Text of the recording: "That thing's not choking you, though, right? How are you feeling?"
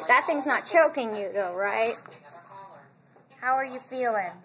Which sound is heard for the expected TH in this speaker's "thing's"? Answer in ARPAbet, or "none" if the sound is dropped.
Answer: TH